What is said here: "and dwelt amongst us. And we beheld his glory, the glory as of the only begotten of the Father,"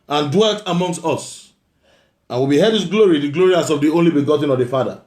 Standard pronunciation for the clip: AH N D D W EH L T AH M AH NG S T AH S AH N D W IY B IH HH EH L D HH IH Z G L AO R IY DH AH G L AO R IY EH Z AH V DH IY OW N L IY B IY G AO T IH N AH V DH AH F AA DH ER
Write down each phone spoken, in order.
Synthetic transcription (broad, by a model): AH N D D W EH L T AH M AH NG S T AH S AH N W IY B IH HH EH D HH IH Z G L AO R IY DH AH G L AO R IY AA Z AH V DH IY OW N L IY B IY G AO T IH N AH V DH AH F AA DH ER